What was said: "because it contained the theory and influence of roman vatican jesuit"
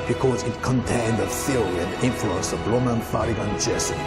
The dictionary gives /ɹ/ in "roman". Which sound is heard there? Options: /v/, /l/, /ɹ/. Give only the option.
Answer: /l/